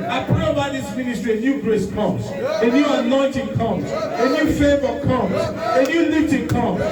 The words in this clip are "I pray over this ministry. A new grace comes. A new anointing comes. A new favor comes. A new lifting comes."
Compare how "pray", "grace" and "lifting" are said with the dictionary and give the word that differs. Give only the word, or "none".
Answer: lifting